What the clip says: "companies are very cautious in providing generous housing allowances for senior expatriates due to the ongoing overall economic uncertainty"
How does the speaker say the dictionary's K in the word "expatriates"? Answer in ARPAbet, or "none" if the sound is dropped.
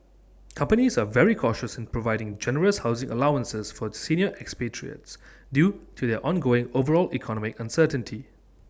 K